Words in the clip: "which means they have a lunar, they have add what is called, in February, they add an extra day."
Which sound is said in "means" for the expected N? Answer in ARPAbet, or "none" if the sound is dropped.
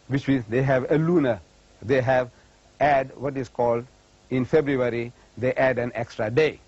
none